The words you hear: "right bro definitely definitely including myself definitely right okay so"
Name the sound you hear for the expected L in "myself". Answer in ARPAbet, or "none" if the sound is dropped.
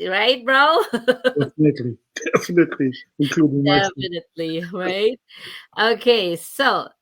none